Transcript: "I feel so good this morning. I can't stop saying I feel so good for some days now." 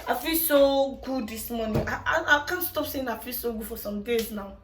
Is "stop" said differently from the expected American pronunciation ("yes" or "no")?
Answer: no